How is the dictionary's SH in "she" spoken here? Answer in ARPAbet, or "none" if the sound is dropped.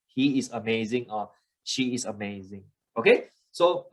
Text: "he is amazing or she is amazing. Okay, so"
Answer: SH